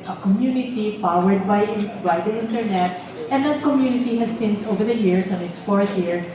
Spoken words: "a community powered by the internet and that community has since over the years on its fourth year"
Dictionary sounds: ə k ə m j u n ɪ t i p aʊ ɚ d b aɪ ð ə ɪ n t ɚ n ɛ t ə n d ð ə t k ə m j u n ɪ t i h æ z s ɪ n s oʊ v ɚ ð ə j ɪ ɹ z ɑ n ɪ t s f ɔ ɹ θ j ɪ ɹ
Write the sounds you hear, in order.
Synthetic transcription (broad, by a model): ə k ə m j u n ɪ t i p aʊ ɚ d b aɪ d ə ɪ n t ɚ n ɛ t ə n d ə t k ə m j u n ɪ t i h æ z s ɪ n s oʊ v ɚ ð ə j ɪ ɹ s ɑ n ɪ t s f ɔ ɹ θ j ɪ ɹ